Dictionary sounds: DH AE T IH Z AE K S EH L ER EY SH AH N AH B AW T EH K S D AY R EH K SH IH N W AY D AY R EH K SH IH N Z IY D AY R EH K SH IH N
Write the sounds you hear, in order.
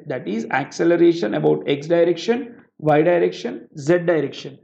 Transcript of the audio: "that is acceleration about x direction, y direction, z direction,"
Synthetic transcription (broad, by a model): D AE T IH Z AE K S EH L ER EY SH AH N AH B AW T EH K S D AY R EH K SH IH N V AY D AY R EH K SH IH N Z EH D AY R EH K SH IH N